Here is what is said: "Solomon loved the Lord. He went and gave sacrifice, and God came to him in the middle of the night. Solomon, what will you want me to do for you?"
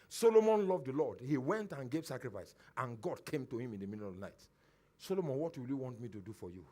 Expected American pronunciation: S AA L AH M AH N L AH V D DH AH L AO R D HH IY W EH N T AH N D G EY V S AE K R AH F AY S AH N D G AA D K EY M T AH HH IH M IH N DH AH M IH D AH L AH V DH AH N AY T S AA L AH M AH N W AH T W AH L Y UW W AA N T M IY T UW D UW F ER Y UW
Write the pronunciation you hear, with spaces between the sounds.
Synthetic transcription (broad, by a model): S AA L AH M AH N L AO V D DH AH L AO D HH IY W EH N T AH N G EY V S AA K R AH F AY S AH N G AA D K EY M T AH HH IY M IH N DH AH M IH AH N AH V N AY T S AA L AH M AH N W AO T W AH L Y UW W AA N T M IY T UW D UW F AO Y UW